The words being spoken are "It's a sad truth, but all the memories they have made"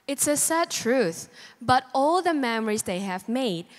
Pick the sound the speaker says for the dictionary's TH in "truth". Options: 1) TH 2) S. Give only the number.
1